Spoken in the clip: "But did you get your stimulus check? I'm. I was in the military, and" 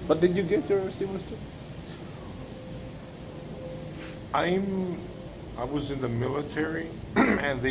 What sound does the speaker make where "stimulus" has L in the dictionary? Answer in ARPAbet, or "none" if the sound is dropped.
N